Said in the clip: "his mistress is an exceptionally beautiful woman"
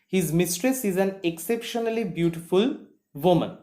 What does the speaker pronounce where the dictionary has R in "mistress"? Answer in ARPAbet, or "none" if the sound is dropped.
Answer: R